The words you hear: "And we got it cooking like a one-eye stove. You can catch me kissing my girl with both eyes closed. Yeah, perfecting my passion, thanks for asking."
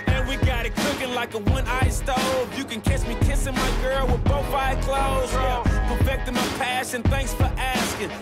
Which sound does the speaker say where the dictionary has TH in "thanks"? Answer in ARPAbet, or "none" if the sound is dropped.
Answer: TH